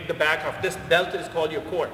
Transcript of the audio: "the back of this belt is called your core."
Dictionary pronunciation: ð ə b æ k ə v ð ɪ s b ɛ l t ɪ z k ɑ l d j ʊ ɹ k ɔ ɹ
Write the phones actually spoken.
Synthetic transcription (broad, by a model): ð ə b æ k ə f ð ɪ s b ɛ l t ɪ z k ɑ l d j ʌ ɹ k ɔ ɹ